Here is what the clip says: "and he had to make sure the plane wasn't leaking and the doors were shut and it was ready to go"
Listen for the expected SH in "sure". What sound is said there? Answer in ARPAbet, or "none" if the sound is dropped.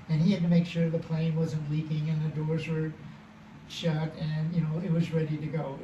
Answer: SH